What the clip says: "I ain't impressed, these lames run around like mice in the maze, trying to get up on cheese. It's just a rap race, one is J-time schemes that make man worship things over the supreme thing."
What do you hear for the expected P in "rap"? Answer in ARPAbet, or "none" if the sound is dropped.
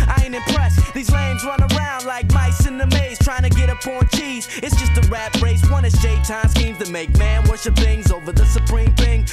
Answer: B